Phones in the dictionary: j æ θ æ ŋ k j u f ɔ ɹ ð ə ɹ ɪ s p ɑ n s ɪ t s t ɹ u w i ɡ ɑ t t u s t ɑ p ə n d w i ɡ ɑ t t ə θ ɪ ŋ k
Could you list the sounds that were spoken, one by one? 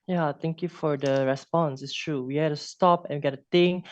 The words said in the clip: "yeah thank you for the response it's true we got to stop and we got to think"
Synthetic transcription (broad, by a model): j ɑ t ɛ ŋ k j u f ɔ ɹ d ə ɹ ɪ s p ɑ n s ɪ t s t ɹ u w i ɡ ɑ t t u s t ɑ p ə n w i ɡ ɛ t t ə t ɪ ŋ